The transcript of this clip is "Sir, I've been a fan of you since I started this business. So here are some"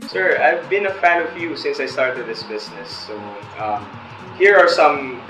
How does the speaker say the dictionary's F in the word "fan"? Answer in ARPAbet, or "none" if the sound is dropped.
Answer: F